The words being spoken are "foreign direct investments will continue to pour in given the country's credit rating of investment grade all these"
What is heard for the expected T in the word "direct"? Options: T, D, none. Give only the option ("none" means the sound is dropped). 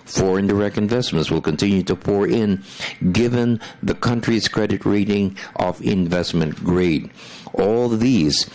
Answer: T